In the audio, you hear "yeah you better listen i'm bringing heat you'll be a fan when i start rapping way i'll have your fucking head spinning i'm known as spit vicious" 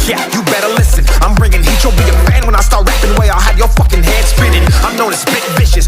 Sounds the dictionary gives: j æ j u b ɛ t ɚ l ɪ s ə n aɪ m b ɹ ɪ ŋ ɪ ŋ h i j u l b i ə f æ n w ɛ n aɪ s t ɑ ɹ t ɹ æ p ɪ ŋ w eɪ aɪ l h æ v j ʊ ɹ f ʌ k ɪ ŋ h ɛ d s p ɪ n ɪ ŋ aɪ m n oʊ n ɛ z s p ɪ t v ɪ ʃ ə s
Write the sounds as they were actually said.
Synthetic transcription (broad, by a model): j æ j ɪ b ɛ t ɚ l ɪ s ə n aɪ m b ɹ ɪ ŋ ɪ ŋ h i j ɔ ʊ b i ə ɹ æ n w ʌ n aɪ s t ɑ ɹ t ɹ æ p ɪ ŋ w eɪ aɪ l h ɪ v j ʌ ɹ f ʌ k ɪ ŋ h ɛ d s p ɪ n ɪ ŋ aɪ m n oʊ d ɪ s b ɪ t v ɪ ʃ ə s